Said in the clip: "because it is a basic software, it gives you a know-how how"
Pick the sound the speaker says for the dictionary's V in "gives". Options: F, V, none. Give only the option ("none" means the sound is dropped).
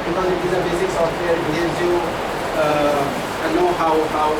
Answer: none